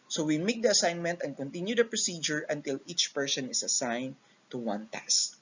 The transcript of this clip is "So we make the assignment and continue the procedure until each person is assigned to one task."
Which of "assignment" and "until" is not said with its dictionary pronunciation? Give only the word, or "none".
none